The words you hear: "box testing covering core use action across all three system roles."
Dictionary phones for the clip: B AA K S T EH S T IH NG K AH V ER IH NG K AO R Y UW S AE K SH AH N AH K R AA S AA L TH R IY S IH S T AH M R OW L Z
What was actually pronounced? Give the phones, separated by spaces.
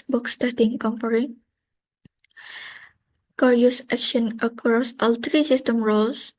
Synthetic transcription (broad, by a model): B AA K S T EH T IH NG K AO F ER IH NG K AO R Y UW S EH K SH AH N AH K R AA S AA L T R IY S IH S T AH M R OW L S